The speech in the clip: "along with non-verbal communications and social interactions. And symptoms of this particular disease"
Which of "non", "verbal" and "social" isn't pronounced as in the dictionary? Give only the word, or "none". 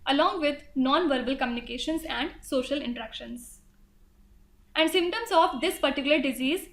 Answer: none